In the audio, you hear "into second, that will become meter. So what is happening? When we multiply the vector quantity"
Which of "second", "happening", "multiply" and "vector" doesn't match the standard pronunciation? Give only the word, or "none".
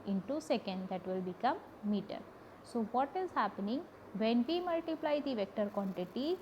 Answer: none